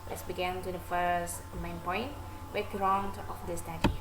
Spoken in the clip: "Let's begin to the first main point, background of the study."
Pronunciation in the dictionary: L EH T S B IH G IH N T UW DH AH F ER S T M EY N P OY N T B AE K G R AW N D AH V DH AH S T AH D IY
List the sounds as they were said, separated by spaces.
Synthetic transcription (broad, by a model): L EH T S B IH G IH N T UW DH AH F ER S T M EY N P OY N T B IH G R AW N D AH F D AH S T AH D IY